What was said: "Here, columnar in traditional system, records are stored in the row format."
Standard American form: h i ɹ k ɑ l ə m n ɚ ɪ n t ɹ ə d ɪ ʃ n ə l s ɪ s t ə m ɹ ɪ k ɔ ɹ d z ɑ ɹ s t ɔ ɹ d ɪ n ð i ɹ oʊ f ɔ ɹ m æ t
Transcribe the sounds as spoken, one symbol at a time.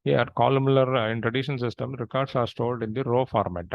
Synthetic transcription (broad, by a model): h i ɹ k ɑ l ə m l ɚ ɪ n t ɹ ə d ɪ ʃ ə n s ɪ s t ə m ɹ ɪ k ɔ ɹ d s ɑ ɹ s t ɔ l d ɪ n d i ɹ oʊ f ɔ ɹ m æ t